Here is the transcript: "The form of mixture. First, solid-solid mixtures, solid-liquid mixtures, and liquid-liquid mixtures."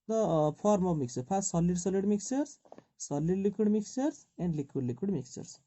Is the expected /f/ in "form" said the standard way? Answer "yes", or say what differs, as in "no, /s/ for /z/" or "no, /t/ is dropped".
no, /p/ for /f/